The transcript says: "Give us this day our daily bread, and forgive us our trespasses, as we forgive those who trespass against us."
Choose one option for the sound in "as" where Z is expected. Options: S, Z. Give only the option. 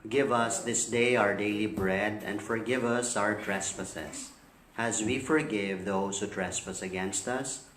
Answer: Z